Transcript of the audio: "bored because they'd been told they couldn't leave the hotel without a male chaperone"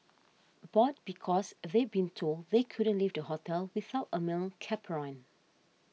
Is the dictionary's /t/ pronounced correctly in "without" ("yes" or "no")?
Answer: yes